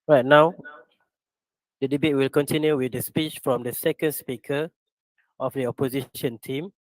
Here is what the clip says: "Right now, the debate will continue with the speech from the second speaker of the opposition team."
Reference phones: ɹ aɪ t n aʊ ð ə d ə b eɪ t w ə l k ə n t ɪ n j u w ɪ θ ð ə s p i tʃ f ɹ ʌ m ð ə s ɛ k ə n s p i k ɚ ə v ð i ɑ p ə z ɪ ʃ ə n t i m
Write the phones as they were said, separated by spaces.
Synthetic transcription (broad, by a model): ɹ aɪ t n aʊ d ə d ə b eɪ t w ə l k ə n t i n j u w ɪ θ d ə s p i tʃ f ɹ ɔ m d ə s ɛ k ə n s p i k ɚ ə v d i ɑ p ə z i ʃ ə n t i m